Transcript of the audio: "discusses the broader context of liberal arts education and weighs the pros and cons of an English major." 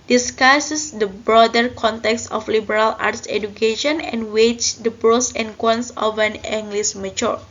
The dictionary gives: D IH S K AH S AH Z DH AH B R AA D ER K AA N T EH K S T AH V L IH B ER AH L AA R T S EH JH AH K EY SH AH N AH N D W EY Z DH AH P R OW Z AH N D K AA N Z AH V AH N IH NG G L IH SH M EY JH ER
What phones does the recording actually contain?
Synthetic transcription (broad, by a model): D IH S K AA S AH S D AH B R AA D ER K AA N T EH K S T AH F L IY B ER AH L AA R T S EH JH AH K EY SH AH N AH N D W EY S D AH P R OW S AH N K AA N S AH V AH N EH NG G L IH S M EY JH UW